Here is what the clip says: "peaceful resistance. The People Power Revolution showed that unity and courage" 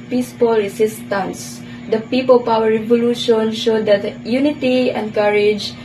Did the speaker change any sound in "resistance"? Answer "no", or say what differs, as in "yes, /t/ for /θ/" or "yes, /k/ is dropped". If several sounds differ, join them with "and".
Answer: yes, /s/ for /z/